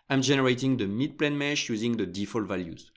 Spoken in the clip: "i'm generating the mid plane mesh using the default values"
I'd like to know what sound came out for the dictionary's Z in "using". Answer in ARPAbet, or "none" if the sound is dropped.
Z